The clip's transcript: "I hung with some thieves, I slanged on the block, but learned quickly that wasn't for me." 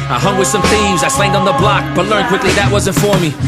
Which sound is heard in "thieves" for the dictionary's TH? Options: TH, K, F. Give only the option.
TH